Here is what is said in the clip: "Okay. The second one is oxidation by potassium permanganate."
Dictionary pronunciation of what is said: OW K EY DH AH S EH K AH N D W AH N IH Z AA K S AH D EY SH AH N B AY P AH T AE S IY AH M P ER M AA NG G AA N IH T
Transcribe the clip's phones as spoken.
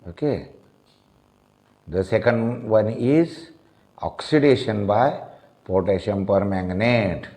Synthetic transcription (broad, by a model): OW K EY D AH S EH K AH N D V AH N IH Z AA K S AH D EY SH AH N B AY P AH T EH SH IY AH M P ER M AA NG G N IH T